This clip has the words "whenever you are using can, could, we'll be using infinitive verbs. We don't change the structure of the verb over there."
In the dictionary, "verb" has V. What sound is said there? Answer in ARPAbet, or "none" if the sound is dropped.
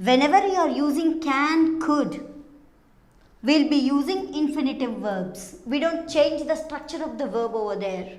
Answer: V